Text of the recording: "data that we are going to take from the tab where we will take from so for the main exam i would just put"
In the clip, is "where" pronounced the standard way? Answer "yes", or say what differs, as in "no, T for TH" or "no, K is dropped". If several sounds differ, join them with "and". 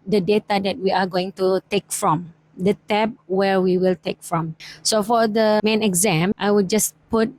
yes